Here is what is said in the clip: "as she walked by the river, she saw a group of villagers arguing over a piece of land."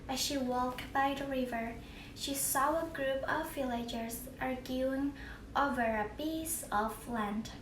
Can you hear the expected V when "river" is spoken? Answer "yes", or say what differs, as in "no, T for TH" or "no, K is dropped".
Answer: yes